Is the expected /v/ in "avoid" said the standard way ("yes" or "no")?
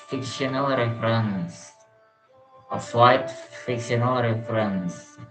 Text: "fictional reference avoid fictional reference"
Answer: no